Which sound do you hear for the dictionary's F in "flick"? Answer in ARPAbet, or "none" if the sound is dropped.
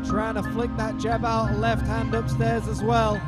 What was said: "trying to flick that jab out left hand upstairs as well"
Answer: F